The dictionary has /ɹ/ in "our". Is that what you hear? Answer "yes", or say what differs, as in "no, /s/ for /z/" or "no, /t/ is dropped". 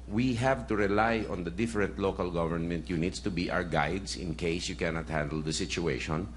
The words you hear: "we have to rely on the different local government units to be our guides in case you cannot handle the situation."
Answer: no, /w/ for /ɹ/